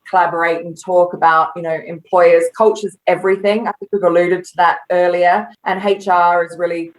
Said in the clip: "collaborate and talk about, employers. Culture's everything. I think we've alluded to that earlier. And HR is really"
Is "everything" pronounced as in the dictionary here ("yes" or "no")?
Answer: yes